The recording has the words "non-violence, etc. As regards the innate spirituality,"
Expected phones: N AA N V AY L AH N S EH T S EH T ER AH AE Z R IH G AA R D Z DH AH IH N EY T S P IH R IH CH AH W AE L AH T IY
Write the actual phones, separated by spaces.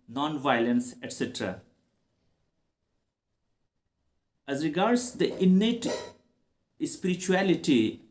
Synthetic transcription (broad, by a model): N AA N V AY L AH N S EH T S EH T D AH AE Z R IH G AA R D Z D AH IH N EY T S P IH R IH CH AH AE L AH T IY